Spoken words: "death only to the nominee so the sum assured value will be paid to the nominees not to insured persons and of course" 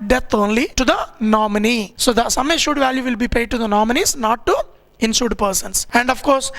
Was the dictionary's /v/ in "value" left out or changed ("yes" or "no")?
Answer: no